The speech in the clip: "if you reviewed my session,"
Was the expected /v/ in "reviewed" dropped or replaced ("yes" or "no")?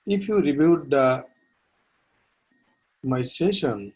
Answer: yes